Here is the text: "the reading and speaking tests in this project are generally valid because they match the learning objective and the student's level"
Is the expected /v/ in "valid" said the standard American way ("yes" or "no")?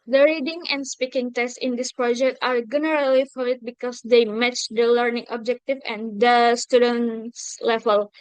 no